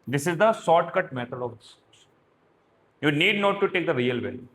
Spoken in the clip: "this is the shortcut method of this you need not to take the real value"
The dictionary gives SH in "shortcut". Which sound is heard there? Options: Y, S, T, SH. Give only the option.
S